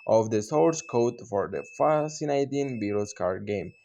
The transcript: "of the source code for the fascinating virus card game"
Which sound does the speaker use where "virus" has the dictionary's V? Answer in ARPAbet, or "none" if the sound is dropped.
B